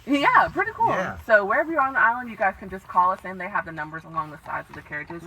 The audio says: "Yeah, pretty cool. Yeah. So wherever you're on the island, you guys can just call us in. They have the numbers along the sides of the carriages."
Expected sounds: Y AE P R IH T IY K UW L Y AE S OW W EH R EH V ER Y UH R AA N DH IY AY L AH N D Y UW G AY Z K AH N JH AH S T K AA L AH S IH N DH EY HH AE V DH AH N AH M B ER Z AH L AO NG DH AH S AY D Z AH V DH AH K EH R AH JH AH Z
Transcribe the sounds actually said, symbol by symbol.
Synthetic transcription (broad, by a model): Y AE P R IH T IY K UW L S OW W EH R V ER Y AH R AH N DH IY AY L AH N D Y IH G AY Z K AH N JH AH S K AA L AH S IH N DH EY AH V DH AH N AH M B ER Z AH L AO NG DH AH S AY D Z AH V DH AH K EH R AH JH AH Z